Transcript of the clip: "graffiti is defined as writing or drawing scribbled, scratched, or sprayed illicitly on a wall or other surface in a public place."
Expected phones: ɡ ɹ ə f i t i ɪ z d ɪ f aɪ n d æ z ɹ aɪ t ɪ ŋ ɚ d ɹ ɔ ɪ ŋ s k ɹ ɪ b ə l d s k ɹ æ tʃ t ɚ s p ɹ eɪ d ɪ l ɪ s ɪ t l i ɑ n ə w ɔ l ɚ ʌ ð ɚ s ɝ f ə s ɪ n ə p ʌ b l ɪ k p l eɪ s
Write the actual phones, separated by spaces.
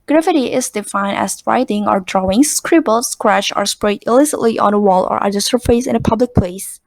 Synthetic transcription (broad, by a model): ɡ ɹ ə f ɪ t i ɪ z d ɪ f aɪ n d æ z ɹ aɪ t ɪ ŋ ɚ d ɹ ɔ ɪ ŋ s k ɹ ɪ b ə l s k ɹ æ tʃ ɚ s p ɹ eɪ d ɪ l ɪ s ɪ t l i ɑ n ə w ɔ l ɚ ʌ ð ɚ s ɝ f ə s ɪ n ə p ʌ b l ɪ k p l eɪ s